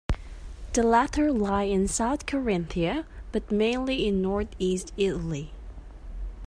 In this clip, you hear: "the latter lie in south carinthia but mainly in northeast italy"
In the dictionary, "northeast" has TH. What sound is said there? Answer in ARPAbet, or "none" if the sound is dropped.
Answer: TH